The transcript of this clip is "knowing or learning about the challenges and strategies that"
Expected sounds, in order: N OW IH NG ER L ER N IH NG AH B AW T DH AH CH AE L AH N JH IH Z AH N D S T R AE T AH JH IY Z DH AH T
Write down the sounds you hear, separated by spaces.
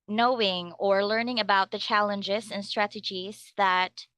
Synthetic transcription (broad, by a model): N OW IH NG ER L ER N IH NG AH B AW T DH AH CH AE L AH N JH IH Z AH N S T R AE T AH JH IY Z DH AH T